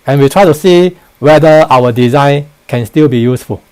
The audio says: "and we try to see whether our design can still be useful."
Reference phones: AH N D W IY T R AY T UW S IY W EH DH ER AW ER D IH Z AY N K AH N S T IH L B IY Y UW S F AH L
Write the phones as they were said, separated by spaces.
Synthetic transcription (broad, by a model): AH N W IY T R AY T UW S IY W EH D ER AW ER D IH Z AY N K AH N S T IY L B IY Y UW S F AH L